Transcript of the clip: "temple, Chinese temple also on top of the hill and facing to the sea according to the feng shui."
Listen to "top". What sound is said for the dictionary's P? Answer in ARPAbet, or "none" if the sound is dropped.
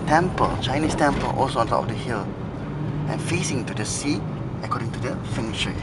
none